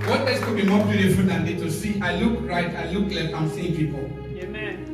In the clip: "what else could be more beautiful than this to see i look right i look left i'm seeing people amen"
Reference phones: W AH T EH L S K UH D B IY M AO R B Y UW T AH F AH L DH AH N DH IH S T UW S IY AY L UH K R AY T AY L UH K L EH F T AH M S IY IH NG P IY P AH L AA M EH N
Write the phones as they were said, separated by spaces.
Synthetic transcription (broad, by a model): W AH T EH S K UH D B IY M AO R B Y UW T AH F AH L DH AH N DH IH T UW S IY AY L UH K R AY T AY L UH K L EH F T AH M S IY IH NG P IY P AH L